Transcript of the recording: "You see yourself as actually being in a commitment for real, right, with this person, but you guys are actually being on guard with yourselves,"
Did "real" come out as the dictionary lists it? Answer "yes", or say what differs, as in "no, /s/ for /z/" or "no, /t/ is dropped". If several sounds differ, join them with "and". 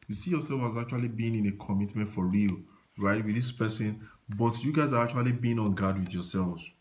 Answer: yes